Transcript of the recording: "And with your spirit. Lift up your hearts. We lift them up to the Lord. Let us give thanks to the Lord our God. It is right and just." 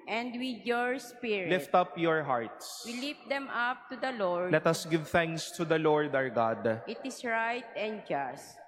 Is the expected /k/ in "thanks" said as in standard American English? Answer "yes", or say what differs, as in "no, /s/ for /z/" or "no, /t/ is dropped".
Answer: yes